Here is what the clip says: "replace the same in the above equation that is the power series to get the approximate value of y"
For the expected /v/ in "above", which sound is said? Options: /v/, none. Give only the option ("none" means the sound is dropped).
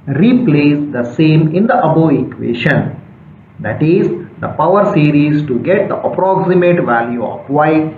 none